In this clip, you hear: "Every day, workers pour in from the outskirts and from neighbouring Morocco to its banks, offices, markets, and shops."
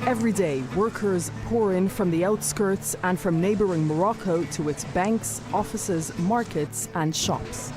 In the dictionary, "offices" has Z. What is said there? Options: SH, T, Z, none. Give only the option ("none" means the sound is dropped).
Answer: Z